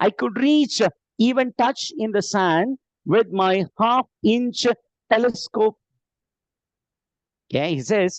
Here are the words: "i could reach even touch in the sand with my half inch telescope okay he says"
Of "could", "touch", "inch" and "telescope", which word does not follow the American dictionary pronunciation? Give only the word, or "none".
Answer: none